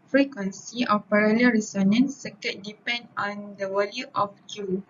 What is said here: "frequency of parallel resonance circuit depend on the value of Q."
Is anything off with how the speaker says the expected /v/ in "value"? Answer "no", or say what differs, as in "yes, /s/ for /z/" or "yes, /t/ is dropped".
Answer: yes, /w/ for /v/